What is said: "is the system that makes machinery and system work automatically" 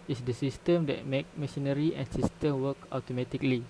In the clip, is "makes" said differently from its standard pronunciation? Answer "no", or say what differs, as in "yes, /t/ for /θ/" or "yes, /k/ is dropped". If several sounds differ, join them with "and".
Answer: yes, /s/ is dropped